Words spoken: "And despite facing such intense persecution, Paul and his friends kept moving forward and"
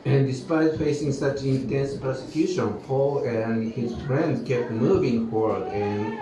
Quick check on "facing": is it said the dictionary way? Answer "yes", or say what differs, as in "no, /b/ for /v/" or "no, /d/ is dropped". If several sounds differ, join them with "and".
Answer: yes